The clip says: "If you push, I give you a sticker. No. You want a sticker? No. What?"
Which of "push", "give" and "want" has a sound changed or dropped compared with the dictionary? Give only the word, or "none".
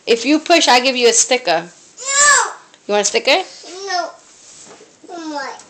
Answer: want